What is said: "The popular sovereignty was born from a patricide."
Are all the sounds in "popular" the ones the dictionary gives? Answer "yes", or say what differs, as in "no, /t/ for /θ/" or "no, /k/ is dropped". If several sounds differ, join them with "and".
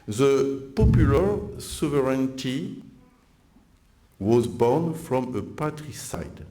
yes